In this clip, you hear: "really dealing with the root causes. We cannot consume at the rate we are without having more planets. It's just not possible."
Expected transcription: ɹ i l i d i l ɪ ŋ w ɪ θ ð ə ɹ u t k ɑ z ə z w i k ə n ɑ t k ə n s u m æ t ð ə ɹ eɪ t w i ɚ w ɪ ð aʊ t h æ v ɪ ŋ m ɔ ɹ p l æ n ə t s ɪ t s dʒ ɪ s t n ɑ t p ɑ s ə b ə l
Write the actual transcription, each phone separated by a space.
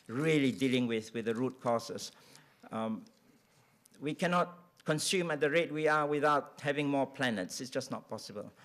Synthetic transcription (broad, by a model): ɹ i l i d i l ɪ ŋ w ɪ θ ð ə ɹ u t k ɑ s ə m w i k ə n ɑ t k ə n s u m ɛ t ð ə ɹ eɪ t w i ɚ w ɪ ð aʊ t h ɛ v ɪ ŋ m ɔ p l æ n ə t s ɪ t s dʒ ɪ s n ɑ t p ɑ s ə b ə l